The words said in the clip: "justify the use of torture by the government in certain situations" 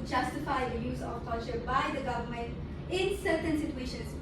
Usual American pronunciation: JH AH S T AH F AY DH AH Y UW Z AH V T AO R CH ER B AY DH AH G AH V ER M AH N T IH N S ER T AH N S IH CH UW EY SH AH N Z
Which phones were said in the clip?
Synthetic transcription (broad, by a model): JH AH S T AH F AY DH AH Y UW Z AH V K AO L CH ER B AY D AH G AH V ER M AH N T IH N S ER T AH N S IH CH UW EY SH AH N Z